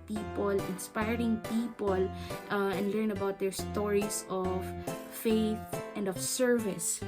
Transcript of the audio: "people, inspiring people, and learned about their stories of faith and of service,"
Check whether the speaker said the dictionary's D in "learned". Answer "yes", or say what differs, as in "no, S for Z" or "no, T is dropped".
no, D is dropped